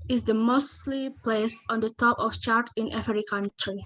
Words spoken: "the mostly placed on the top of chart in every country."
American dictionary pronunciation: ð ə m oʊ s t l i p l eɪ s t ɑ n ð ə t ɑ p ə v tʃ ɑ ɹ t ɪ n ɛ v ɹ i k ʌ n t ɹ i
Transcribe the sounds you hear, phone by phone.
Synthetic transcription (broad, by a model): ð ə m oʊ s t l i p l eɪ s t ɑ n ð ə t ɑ p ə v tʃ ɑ ɹ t ɪ n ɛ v ɹ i k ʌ n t ɹ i